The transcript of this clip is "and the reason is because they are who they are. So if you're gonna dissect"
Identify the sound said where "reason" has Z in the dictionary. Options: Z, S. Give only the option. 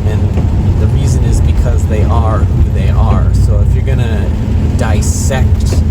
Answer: Z